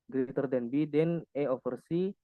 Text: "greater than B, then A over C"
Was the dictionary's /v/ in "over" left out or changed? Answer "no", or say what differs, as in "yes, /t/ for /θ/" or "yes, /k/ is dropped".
yes, /f/ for /v/